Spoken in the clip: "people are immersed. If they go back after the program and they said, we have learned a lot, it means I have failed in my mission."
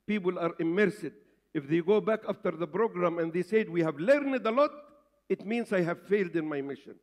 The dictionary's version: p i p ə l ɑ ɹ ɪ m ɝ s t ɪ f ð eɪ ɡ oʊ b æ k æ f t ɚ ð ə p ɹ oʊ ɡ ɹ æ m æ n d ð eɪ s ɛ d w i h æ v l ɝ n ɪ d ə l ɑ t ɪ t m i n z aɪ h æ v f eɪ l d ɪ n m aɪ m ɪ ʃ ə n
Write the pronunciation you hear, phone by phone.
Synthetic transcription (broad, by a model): p i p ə l ɑ ɹ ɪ m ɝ s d ɪ f ð eɪ ɡ oʊ b æ k æ f t ɚ ð ə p ɹ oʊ ɡ ɹ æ m æ n d ð eɪ s ɛ d w i h æ v l ɝ n ɪ d ə l ɑ t ɪ t m i n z aɪ h æ v f eɪ l d ɪ n m aɪ m ɪ ʃ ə n